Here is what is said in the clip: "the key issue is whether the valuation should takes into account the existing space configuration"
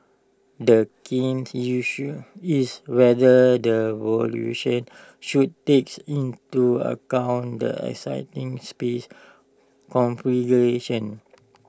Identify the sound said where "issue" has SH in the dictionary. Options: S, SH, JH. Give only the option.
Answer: S